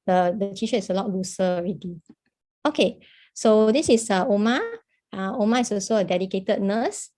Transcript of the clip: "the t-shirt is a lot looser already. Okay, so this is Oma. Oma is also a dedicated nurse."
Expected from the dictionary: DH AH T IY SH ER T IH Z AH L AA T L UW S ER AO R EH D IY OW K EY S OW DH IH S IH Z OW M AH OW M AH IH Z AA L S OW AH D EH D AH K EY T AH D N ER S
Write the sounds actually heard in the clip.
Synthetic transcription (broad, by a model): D AH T IY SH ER IH S AH L AA T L UW S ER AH R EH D IY OW K EY S OW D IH S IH S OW M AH OW M AH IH S AA L S OW AH D EH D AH K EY T AH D N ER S